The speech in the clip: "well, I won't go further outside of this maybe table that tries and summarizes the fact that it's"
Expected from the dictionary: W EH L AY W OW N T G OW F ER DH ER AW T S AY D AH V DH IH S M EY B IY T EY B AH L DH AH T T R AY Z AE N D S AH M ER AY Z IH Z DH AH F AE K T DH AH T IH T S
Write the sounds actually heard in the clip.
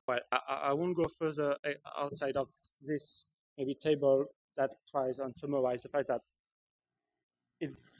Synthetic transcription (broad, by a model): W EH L AY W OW N G OW F ER DH ER AW T S AY D AH V DH IH S M EY B IY T EY B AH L DH AH T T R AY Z N S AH M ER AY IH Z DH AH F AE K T DH AH T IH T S